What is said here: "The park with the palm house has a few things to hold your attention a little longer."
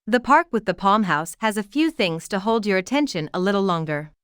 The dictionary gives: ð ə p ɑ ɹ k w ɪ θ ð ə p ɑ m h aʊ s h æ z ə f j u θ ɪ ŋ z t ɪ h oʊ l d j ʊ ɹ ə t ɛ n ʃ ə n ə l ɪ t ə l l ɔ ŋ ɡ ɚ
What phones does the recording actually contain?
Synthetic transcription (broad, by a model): ð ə p ɑ ɹ k w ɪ ð ə p ɑ m h aʊ s h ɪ z ə f j u θ ɪ ŋ z t ɪ h oʊ l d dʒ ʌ ɹ ə t ɛ n ʃ ə n ə l ɪ t l l ɔ ŋ ɡ ɚ